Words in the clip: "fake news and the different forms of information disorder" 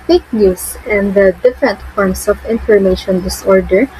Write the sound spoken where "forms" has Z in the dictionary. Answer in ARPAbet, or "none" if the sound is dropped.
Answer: S